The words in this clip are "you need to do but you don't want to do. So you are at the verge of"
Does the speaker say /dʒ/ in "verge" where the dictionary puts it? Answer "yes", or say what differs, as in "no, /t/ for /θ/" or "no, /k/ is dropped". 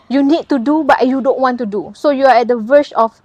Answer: no, /ʃ/ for /dʒ/